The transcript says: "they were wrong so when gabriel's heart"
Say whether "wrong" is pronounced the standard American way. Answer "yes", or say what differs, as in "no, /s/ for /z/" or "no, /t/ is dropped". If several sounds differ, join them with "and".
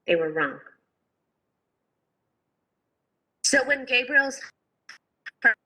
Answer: yes